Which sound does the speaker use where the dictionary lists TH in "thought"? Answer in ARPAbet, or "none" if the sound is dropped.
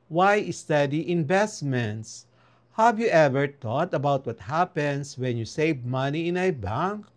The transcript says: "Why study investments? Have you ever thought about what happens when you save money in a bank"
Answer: T